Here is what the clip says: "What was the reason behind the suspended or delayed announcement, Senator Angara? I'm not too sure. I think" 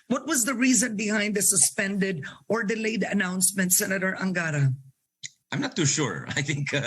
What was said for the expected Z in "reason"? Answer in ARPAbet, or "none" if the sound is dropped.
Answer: Z